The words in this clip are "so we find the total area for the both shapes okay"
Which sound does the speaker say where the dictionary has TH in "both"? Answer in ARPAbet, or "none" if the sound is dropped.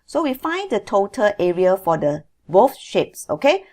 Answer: F